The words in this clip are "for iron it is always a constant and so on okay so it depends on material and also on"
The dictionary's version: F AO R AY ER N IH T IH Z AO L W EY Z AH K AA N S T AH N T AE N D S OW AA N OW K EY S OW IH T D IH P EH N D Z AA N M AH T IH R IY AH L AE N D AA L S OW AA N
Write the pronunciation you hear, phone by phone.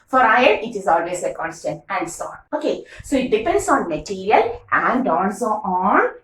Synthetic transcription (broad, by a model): F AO R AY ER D IH T IH Z AO L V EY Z AH K AA N S T AH N T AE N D S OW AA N OW K EY S OW IH T D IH P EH N D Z AA N M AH T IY R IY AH L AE N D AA N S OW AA N